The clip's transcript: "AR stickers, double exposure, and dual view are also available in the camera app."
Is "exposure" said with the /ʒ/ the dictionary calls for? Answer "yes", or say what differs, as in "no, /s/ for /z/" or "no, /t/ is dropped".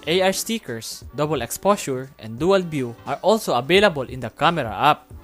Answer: no, /s/ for /ʒ/